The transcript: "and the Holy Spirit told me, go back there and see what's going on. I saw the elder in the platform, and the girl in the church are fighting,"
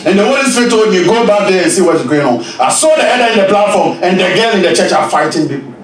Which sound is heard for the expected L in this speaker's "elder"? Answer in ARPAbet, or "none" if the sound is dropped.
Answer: none